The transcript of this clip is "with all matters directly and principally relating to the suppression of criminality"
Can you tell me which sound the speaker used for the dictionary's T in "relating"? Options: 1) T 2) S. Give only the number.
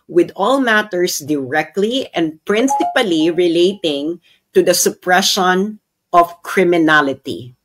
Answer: 1